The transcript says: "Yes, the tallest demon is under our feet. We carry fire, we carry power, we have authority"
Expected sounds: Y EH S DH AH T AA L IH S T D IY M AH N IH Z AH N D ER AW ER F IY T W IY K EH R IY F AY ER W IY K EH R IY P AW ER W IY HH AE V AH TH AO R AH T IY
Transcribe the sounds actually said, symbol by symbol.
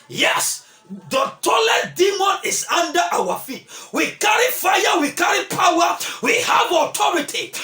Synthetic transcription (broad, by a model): Y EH S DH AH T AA L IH T D IY M AH N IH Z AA N D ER AW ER F IY T W IY K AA R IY F AY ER W IY K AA R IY P AW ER W IY HH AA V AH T AO R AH T IY